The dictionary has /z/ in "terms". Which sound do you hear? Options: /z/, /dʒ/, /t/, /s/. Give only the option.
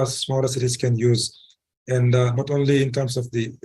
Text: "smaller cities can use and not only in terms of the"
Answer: /s/